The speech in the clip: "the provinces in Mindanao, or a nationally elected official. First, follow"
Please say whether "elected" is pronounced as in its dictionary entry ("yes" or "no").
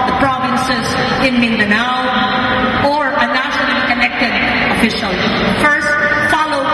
no